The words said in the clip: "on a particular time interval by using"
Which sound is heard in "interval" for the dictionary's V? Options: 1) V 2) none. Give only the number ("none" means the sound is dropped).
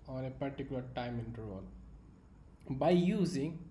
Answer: 2